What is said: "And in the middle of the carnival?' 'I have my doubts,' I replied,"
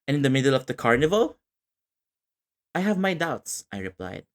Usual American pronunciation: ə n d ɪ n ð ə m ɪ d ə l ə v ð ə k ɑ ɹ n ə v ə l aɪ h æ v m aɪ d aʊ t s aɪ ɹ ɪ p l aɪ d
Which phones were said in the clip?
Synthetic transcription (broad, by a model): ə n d ɪ n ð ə m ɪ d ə l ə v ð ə k ɑ ɹ n ə v ə l aɪ h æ v m aɪ d aʊ t s aɪ ɹ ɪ p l aɪ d